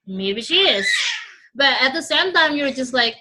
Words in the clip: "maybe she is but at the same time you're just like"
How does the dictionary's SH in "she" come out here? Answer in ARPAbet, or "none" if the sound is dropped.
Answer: SH